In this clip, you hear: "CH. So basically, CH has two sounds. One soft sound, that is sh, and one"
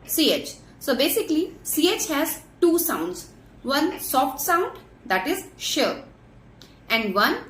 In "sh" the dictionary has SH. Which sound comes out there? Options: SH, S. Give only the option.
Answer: SH